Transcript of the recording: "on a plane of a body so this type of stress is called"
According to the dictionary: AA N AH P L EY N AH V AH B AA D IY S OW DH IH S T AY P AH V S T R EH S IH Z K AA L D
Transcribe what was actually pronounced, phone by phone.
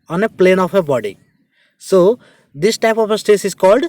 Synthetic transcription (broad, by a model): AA N AH P L EY N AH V AH B AA D IY S OW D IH S T AY P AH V S T EH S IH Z K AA L D